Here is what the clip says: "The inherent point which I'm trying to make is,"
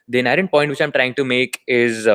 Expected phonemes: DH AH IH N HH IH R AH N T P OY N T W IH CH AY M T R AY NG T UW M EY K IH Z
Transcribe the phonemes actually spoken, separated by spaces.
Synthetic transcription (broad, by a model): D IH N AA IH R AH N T P OY N T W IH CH AY M T R AY NG T UW M EY K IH Z